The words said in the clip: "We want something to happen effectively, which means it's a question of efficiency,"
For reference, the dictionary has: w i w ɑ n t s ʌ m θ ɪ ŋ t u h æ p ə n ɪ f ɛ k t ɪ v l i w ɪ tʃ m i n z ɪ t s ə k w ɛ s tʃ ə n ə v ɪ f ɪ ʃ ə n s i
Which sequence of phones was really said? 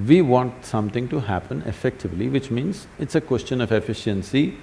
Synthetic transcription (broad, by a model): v i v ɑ n t s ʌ m t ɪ ŋ t u h æ p ə n ɪ f ɛ k t ɪ v l i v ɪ tʃ m i n z ɪ t s ə k w ɛ s tʃ ə n ə v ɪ f ɪ ʃ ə n s i